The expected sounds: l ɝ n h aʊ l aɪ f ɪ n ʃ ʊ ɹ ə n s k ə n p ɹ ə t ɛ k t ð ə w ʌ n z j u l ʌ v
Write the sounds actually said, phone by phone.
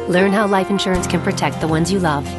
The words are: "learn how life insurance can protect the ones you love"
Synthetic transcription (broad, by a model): l ɝ n h aʊ l aɪ f ɪ n ʃ ʊ ɹ ə n s k ə n p ɹ ə t ɛ k t ð ə w ʌ n z j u l ʌ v